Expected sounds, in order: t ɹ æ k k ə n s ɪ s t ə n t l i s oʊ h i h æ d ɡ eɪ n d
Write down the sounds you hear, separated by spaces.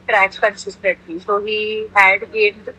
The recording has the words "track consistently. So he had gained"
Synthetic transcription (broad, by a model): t ɹ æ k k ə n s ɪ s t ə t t i s oʊ h i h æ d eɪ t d